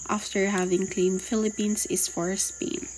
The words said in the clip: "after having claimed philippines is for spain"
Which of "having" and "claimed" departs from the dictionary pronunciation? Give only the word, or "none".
none